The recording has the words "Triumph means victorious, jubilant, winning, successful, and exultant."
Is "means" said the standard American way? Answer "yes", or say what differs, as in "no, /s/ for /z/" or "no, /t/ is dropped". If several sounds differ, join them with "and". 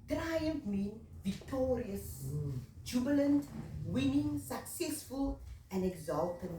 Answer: no, /z/ is dropped